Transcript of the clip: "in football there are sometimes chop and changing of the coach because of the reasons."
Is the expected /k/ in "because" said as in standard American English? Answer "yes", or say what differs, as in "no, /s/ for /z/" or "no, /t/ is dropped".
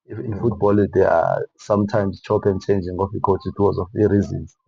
no, /k/ is dropped